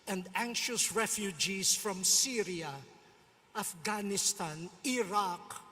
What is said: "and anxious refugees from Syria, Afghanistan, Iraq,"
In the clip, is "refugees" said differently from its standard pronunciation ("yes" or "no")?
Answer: yes